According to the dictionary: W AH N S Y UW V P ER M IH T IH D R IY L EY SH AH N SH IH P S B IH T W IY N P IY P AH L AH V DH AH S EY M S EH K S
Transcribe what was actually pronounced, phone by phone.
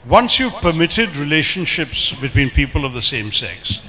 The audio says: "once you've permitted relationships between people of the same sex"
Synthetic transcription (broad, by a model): W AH N S Y UW V P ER M IH T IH D R IY L EY SH AH N SH IH P S B IH T W IY N P IY P AH L AH V DH AH S EY M S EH K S